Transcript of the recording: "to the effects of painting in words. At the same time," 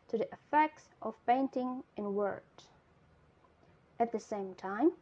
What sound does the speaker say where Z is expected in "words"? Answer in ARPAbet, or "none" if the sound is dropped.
none